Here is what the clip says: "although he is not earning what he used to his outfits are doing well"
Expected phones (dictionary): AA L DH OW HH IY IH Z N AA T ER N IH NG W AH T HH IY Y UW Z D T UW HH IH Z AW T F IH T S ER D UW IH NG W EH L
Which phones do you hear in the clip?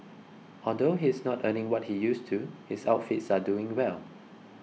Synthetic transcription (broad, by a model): AA L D OW HH IY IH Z N AA T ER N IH NG W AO T HH IY Y UW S T UW HH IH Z AW T F IH T S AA D UW IH NG W EH L